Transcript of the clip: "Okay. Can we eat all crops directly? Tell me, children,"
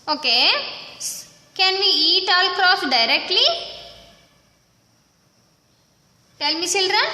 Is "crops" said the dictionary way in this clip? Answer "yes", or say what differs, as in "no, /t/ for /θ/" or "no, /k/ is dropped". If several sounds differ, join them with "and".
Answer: no, /p/ is dropped